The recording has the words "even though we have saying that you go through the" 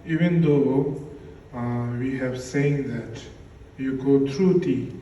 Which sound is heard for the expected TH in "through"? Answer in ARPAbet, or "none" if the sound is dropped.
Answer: T